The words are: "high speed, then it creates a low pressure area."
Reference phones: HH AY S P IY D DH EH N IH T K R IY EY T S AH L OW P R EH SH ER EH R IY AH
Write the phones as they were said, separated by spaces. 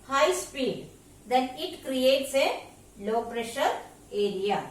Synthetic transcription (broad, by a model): HH AY S P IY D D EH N IH T K R IY EY T S AH L OW P R EH SH ER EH R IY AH